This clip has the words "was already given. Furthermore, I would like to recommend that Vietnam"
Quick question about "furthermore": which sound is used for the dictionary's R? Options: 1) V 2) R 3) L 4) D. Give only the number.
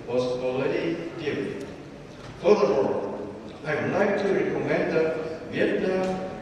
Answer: 3